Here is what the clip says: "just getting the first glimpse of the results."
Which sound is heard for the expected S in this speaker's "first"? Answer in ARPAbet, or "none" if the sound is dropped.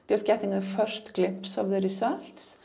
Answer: SH